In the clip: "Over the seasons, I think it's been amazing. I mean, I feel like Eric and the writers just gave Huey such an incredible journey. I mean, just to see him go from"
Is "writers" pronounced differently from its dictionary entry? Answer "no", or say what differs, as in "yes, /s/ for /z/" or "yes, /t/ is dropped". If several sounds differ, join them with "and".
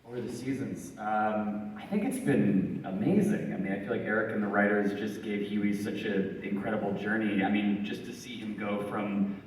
no